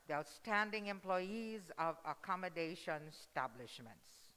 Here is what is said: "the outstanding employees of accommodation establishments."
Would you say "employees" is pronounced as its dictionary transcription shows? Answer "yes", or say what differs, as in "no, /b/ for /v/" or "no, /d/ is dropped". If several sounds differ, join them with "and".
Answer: yes